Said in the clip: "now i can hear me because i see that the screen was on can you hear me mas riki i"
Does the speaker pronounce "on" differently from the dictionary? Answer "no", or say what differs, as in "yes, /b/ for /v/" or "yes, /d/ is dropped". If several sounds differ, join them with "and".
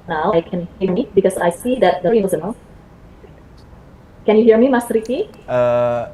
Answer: yes, /l/ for /n/